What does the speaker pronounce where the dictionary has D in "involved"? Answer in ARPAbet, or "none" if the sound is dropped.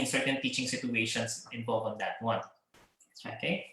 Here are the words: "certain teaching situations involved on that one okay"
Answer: none